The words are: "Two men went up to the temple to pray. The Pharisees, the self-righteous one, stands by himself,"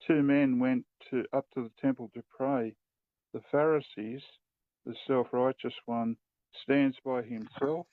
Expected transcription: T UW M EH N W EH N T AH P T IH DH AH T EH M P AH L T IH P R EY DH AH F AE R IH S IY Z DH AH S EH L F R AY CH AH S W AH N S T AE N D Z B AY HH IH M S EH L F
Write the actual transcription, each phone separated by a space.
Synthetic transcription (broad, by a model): T UW M EH N W EH N T AH P T IH DH AH T EH M P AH L T IH P R EY DH AH F AE R IH S IY Z DH AH S EH L F R AY CH AH S W AH N S T AE N D Z B AY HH IH M S EH L F